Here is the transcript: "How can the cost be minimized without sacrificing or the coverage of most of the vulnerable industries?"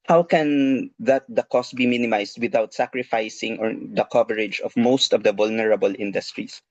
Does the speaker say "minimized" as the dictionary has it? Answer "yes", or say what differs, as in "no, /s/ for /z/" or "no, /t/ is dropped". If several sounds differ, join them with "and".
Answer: no, /s/ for /z/